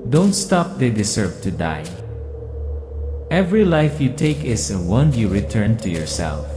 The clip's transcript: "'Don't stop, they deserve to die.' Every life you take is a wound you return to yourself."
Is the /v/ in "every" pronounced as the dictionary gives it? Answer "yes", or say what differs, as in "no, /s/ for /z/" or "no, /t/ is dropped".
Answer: yes